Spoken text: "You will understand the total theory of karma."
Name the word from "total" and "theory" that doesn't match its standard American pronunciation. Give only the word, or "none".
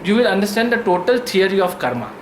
theory